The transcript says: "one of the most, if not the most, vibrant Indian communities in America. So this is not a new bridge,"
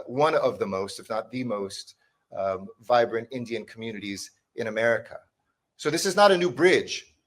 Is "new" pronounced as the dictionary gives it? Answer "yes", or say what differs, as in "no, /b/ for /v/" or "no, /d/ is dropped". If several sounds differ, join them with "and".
yes